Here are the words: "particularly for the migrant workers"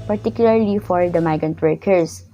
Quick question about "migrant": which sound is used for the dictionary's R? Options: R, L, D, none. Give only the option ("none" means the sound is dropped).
none